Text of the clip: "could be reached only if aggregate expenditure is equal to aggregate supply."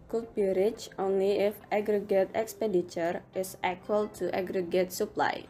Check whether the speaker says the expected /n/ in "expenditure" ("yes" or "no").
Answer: no